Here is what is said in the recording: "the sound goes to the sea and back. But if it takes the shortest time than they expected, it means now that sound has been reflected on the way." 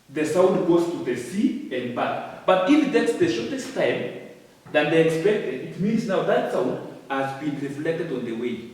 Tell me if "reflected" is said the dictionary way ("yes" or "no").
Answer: yes